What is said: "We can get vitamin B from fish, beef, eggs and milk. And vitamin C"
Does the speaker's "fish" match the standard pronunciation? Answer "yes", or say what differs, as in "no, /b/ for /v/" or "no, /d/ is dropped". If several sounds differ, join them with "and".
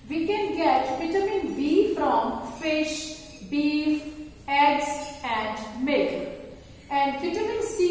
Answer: yes